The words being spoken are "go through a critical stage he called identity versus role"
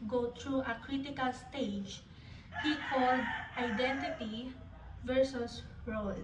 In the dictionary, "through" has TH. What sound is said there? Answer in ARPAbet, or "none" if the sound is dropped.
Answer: T